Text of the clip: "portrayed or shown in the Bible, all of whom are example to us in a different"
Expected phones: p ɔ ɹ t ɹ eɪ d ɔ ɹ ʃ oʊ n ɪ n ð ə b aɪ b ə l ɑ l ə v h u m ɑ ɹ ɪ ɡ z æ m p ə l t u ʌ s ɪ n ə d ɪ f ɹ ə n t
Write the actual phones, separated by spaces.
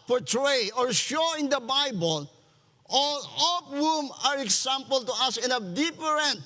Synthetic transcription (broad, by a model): p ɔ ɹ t ɹ eɪ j ɔ ɹ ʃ oʊ ɪ n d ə b aɪ b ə l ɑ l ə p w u m ɑ ɹ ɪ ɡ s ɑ m p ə l t u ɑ s ɪ n ə d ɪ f ɹ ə n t